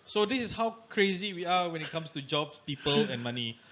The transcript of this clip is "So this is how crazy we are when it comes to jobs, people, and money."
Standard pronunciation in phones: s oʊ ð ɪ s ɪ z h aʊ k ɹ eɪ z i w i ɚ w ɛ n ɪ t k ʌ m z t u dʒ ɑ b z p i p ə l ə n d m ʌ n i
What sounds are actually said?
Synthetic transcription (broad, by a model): s oʊ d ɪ s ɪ s h aʊ k ɹ eɪ z i w i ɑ w ɛ n ɪ t k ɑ m s t u dʒ ɑ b s p i p ə l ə n m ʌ n i